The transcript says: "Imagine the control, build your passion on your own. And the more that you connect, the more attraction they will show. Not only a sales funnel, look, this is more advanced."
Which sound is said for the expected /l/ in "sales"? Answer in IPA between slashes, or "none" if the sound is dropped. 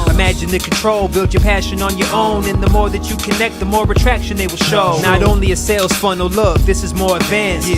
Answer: /l/